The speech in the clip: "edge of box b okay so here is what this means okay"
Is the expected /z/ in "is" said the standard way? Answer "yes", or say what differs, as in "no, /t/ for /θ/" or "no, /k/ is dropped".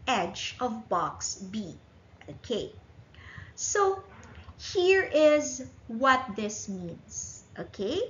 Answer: yes